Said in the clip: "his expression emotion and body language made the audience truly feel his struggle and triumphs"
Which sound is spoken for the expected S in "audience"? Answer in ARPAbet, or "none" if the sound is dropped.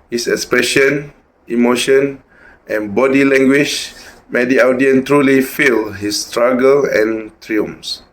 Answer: none